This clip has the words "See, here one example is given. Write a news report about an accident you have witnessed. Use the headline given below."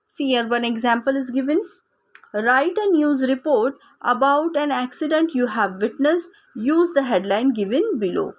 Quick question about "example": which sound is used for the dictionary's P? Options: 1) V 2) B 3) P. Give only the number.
3